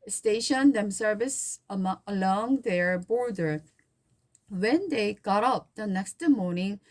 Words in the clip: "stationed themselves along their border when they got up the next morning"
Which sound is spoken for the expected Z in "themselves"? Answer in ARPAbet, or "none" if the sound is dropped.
S